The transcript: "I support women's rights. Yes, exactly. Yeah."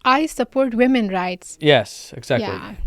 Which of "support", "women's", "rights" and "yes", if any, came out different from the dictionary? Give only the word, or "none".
women's